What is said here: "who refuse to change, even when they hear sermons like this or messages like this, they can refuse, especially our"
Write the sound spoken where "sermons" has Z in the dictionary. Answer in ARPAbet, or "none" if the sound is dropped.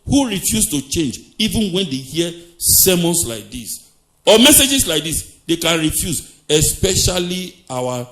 S